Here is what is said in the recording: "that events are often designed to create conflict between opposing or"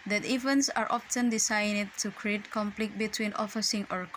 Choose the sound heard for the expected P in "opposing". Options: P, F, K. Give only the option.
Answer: F